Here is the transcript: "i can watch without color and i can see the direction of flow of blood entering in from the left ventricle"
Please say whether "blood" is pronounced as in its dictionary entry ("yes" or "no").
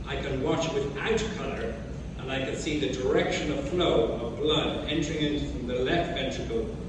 yes